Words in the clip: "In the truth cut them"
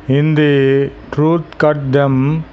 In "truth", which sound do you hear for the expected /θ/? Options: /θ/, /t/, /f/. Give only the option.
/t/